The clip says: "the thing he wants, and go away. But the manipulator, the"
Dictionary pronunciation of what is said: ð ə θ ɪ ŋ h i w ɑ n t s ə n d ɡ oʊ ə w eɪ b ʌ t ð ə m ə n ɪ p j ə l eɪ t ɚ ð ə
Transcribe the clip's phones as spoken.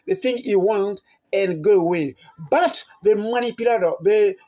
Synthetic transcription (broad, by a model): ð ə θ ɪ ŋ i w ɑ n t ə n ɡ oʊ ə w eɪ b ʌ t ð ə m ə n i p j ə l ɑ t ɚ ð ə